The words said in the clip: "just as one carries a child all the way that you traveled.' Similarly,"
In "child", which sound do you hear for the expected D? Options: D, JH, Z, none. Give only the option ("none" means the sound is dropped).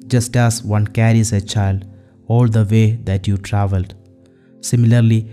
D